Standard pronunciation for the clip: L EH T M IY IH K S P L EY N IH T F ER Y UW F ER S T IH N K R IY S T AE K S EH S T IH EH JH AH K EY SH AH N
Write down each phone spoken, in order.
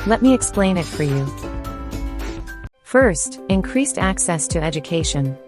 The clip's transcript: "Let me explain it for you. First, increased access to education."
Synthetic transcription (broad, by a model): L EH T M IY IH K S P L EY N IH T F ER Y UW F ER S T IH N K R IY S T AE K S EH S T IH EH JH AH K EY SH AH N